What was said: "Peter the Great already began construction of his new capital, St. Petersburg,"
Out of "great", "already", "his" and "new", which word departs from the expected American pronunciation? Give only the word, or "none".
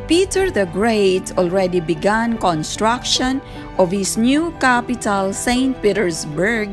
his